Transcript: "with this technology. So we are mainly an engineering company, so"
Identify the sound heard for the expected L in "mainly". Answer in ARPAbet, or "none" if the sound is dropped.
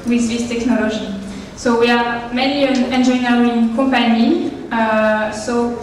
none